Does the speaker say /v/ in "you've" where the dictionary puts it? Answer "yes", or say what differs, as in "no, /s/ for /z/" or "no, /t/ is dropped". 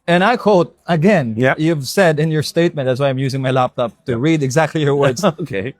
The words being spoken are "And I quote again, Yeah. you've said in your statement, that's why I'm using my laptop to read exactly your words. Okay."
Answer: yes